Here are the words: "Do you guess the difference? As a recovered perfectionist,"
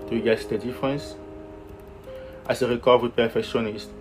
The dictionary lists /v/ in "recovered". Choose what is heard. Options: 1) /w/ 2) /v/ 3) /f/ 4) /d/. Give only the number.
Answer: 1